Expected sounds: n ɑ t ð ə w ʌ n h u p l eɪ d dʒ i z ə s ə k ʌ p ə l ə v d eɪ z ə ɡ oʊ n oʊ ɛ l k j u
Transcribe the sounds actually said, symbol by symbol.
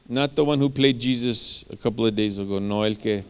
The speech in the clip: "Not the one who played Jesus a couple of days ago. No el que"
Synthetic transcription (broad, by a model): n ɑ t ð ə w ʌ n h u p l eɪ d dʒ i z ə s ə k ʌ p l ə v d eɪ z ə ɡ oʊ n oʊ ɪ l k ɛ